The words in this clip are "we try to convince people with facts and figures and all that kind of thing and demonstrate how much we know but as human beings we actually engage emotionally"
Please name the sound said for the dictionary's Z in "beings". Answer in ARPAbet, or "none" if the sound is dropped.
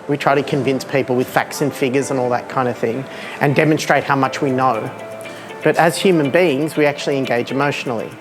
Z